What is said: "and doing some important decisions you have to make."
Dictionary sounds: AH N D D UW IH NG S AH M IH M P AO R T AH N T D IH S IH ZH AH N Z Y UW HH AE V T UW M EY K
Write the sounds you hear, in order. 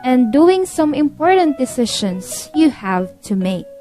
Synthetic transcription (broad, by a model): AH N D D UW IH NG S AH M IH M P AO R T AH N T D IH S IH SH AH N S Y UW HH AE V T UW M EY K